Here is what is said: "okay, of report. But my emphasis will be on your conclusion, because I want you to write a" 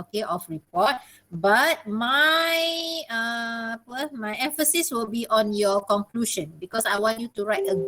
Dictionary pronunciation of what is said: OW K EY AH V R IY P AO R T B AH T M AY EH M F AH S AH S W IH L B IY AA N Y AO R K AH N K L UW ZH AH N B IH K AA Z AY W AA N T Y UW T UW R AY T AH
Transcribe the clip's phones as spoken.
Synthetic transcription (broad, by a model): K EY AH F R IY P AO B T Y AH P M AY EH M F AH S AH S W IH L B IY AA N Y AO K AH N K L UW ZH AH N B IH K AA S AY W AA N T Y UW T UW R AY T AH